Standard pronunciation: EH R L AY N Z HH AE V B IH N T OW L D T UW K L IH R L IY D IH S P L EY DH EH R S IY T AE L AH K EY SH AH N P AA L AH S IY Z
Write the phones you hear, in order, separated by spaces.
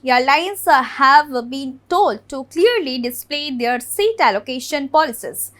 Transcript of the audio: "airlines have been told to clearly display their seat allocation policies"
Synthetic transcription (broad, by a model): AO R L AY N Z HH AE V B IH N T OW L D T UW K L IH R L IY D IH S P L EY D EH R S IY T AE L AH K EY SH AH N P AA L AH S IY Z